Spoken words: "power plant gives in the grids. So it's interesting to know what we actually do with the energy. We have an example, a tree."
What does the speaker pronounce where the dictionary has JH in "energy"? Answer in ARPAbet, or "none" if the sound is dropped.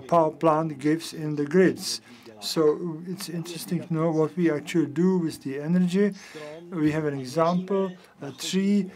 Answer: JH